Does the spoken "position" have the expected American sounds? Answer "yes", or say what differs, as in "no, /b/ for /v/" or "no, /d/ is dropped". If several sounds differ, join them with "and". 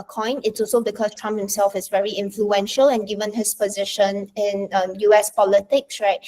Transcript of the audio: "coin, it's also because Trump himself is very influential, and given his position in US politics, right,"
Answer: yes